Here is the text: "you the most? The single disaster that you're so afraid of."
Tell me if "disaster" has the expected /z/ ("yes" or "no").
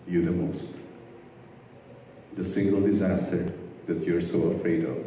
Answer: yes